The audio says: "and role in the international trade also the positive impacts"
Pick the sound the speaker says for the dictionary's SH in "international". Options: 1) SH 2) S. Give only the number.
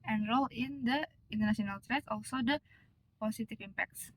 2